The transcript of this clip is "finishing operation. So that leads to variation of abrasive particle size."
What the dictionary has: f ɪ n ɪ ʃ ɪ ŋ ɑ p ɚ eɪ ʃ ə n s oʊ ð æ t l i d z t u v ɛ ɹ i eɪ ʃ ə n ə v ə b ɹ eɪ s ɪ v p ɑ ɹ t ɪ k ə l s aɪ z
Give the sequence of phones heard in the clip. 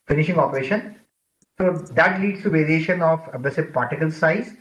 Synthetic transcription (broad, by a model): f ɪ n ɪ ʃ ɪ ŋ ɑ p ɚ eɪ ʃ ə n s oʊ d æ t l i d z t u v ɛ ɹ i eɪ ʃ ə n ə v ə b l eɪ s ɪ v p ɑ ɹ t ɪ k ə l s aɪ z